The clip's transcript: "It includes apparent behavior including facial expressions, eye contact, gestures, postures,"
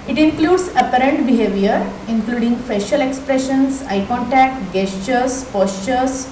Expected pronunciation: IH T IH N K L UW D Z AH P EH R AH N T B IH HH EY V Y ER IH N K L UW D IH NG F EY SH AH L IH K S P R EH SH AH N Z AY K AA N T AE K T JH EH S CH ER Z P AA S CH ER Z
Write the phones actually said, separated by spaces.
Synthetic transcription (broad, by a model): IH T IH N K L UW D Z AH P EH R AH N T B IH HH EY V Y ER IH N K L UW D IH NG F EY SH AH L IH K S P R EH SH AH N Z AY K AA N T AE K T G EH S CH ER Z P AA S CH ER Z